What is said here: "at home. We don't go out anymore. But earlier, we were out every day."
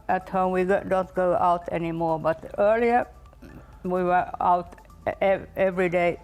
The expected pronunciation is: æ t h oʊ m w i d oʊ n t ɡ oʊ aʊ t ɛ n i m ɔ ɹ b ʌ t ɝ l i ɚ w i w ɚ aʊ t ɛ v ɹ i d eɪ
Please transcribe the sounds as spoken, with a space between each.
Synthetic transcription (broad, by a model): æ t h oʊ m w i d oʊ n t ɡ oʊ aʊ t ɛ n i m ɔ ɹ b ʌ t ɝ l i ɚ w i w ɚ aʊ t ɛ v ɹ i d eɪ